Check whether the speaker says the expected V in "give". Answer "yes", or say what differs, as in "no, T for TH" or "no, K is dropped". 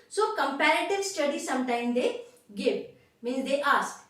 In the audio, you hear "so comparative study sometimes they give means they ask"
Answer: no, P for V